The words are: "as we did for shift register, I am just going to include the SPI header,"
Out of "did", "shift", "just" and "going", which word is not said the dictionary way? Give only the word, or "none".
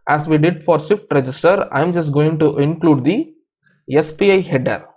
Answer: shift